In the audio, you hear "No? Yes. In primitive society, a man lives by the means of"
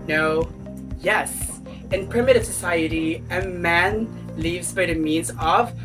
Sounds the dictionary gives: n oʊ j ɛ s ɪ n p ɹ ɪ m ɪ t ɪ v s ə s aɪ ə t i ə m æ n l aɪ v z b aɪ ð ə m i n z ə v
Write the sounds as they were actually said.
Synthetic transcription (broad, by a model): n oʊ j ɛ s ɪ n p ɹ ɪ m ɪ t ɪ v s ə s aɪ ə t i ə m æ n l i v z b aɪ ð ə m i n z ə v